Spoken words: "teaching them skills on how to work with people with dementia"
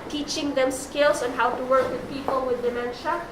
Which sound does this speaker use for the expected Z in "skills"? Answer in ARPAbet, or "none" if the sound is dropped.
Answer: S